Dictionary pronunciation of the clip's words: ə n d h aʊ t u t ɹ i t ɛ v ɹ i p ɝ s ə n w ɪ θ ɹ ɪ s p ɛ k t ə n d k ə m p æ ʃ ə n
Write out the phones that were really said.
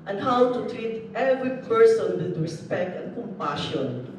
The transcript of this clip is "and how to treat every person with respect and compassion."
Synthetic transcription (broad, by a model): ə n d h aʊ t u t ɹ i t ɛ v ɹ i p ɝ s ə n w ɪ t ɹ ɪ s p ɛ k t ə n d k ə m p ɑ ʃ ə n